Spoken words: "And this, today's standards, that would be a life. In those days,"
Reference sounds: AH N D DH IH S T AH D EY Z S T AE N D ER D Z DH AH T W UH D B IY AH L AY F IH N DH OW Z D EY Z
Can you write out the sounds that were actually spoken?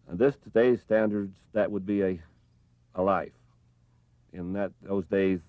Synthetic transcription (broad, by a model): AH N DH IH S T AH D EY Z S T AE N D ER D Z DH AH T W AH D B IY AH L AY F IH N DH OW Z D EY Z